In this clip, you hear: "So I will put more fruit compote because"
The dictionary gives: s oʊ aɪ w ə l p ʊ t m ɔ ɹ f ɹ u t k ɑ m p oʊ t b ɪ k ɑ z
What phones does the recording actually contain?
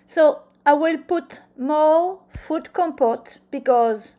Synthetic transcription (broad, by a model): s oʊ aɪ w ə l p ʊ t m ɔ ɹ f u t k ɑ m p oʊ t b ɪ k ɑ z